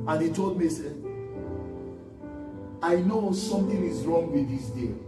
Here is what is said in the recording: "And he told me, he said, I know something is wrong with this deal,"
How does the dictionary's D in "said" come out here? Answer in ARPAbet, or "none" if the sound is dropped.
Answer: none